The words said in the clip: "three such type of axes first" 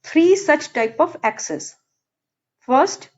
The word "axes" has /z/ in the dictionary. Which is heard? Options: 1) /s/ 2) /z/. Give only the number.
1